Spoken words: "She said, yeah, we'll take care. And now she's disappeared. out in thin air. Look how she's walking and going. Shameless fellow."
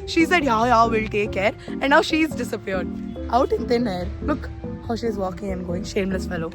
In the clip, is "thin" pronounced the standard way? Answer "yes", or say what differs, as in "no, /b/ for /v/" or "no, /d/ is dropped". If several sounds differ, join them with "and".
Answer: no, /t/ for /θ/